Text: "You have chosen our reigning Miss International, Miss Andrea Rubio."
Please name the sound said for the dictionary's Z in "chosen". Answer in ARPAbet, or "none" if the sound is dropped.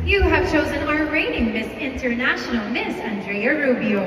Z